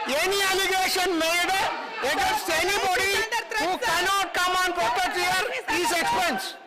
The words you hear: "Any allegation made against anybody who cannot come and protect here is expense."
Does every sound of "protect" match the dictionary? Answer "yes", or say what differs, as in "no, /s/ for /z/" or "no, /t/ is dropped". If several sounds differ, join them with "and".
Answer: no, /k/ is dropped